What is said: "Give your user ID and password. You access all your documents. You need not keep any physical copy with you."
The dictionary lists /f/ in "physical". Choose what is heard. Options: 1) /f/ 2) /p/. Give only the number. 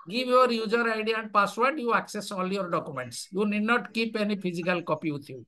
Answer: 2